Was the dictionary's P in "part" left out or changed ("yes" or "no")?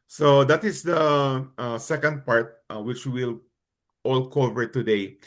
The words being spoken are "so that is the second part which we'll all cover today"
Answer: no